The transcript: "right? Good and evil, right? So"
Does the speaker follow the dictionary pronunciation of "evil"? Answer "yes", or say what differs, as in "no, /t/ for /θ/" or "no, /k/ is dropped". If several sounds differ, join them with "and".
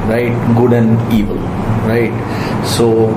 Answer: yes